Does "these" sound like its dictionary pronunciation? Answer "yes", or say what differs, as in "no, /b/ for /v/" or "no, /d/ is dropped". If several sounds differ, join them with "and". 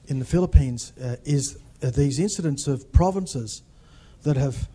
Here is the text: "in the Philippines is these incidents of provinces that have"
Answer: yes